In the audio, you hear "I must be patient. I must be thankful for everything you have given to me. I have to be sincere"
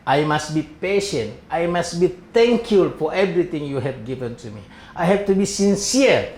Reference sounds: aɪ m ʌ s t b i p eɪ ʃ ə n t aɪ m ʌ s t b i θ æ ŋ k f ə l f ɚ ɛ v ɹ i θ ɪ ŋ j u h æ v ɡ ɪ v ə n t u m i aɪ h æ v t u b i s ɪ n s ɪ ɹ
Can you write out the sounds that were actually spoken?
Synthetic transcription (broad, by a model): aɪ m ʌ s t b i p eɪ ʃ ə n t aɪ m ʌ s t b i t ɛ ŋ k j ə l f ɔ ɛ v ɹ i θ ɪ ŋ j u h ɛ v ɡ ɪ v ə n t u m i aɪ h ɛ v t u b i s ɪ n s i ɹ